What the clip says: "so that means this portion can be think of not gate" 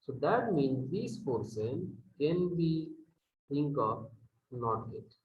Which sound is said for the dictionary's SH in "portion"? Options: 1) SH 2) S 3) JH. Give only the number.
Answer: 2